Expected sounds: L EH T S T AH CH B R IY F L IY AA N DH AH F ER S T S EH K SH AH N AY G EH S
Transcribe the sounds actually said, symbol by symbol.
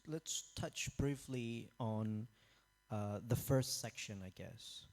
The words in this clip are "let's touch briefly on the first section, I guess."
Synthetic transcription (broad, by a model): L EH T S T AH CH B R IY F L IY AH N DH AH F ER S T S EH K SH AH N AY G EH S